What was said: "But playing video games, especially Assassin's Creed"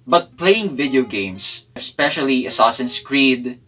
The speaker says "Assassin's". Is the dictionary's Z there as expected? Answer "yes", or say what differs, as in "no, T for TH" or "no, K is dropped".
no, S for Z